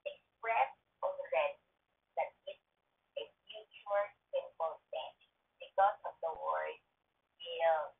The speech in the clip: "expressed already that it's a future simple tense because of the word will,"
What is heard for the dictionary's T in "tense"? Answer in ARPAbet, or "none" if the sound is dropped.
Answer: S